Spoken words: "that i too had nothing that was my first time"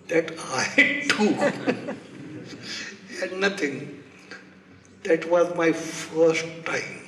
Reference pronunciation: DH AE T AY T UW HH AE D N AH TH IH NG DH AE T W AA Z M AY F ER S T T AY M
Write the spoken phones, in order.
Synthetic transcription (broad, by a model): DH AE T AY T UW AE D N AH T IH NG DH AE T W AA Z M AY F ER S T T AY M